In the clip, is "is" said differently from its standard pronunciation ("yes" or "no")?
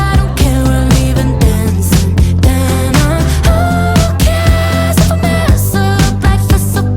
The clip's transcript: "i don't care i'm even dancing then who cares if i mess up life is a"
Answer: yes